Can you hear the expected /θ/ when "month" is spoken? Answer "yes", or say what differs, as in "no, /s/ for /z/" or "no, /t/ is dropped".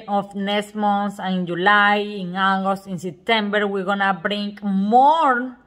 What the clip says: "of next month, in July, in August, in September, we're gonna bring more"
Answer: no, /s/ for /θ/